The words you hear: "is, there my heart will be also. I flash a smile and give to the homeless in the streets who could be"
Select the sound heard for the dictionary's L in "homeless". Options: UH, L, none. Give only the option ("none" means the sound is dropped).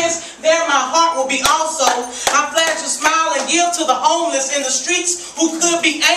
L